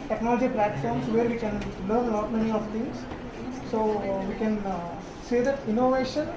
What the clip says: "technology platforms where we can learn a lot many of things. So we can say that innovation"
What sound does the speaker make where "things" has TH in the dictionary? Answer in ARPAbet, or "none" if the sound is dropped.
T